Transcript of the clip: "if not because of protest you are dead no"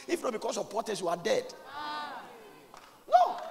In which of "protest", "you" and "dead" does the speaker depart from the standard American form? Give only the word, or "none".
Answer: protest